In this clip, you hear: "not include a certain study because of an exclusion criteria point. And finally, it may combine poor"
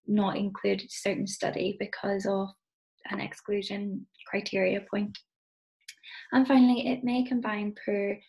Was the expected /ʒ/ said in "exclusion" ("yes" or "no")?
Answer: yes